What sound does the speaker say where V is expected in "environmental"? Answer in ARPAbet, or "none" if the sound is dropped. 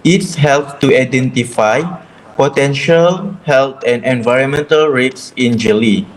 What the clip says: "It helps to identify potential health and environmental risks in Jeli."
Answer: V